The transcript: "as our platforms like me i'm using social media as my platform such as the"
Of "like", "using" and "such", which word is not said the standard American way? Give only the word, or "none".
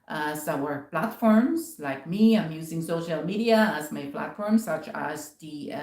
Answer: none